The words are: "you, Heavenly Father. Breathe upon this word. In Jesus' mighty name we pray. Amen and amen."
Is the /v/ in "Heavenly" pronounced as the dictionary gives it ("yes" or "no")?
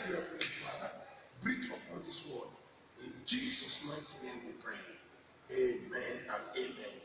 no